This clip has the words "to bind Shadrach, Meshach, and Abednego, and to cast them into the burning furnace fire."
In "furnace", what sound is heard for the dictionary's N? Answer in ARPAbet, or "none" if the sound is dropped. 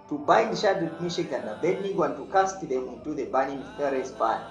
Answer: none